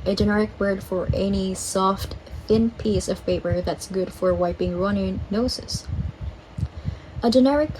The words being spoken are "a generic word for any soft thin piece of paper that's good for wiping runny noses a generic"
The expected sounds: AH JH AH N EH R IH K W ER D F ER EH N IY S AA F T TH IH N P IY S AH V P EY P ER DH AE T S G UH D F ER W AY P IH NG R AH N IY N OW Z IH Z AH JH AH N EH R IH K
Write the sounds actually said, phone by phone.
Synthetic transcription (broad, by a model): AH JH AH N EH R IH K W ER D F ER EH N IY S AA F T TH IH N P IY S AH V P EY P ER DH AE T S G UH D F ER W AY P IH NG R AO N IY N OW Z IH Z AH JH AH N EH R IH K